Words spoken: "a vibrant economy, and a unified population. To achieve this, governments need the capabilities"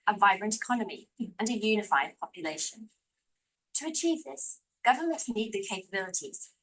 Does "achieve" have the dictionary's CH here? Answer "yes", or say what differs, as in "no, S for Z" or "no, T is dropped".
yes